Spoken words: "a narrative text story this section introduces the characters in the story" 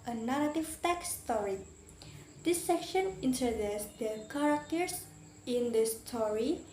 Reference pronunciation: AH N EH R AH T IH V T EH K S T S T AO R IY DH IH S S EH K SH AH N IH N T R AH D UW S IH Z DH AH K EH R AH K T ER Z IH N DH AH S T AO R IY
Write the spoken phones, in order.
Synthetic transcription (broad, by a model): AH N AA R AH T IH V T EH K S S T AO R IY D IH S S EH K SH AH N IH N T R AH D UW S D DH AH K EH R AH K T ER S IH N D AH S T AO R IY